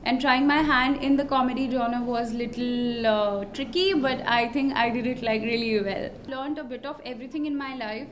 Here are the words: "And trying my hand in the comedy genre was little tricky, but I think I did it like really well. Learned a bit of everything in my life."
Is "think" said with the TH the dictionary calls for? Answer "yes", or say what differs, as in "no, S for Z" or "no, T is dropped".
no, T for TH